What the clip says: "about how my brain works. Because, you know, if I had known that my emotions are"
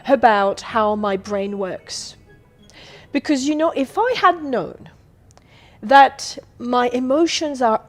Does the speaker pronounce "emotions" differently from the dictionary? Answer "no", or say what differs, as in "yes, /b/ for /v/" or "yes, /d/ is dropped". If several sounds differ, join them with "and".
no